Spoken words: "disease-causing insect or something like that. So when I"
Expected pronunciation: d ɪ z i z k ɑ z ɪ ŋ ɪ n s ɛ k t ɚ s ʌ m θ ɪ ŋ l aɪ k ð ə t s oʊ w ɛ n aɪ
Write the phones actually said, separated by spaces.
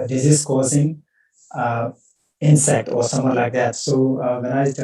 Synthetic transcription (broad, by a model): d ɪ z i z k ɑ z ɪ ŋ ɪ n s ɛ k t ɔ s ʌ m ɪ l aɪ k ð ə t s oʊ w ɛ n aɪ